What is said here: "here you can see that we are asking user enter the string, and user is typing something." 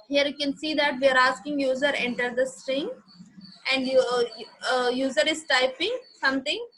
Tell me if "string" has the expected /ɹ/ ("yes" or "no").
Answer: yes